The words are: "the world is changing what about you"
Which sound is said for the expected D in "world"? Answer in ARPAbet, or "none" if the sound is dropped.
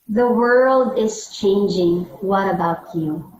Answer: D